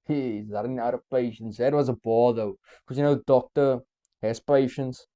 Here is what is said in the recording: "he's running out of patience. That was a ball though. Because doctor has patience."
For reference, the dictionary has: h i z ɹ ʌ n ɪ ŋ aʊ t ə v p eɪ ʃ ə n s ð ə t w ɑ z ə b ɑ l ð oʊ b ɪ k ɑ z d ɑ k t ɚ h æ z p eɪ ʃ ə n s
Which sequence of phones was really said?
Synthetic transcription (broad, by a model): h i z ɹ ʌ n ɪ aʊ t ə p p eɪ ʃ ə n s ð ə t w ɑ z ə b ɑ l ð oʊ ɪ k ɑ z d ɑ k t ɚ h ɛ s p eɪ ʃ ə n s